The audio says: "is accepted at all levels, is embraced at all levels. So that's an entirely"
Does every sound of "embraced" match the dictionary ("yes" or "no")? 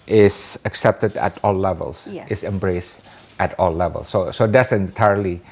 yes